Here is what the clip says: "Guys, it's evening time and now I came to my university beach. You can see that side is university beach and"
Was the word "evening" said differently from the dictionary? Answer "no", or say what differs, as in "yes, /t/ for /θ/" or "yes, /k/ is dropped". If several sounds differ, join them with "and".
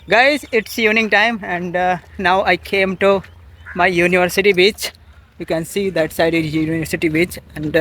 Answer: yes, /v/ is dropped